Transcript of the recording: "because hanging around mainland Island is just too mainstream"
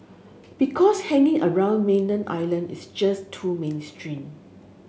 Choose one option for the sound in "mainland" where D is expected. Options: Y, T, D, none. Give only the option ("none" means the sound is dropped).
none